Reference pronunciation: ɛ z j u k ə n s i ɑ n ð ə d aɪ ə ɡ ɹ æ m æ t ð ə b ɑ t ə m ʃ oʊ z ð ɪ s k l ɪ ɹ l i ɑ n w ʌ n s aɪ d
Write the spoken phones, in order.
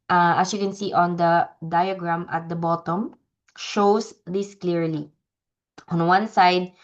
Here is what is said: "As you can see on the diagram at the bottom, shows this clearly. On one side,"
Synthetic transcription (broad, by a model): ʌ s j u k ə n s i ɑ n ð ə d aɪ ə ɡ ɹ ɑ m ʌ t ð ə b ɑ t ə m ʃ oʊ s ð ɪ s k l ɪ ɹ l i ɑ n w ʌ n s aɪ d